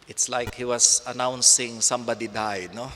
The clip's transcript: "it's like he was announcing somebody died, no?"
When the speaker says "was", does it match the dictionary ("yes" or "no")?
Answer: no